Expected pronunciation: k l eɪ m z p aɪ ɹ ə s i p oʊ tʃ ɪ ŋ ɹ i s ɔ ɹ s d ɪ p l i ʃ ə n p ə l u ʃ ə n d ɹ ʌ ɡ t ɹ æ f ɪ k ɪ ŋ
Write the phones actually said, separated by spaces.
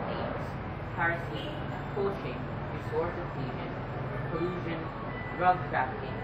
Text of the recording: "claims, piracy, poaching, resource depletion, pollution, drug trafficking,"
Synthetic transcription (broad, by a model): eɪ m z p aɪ ɹ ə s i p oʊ ʃ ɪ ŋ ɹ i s ɔ ɹ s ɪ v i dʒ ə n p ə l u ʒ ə n d ɹ ʌ ɡ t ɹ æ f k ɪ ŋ